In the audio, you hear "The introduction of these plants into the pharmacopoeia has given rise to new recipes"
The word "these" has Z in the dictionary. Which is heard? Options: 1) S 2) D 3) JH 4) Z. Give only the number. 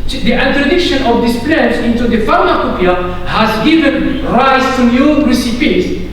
1